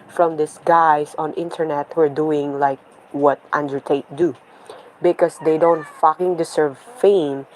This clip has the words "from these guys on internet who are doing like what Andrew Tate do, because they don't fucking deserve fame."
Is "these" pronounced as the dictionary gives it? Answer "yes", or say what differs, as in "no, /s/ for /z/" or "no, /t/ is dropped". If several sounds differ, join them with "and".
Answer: no, /s/ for /z/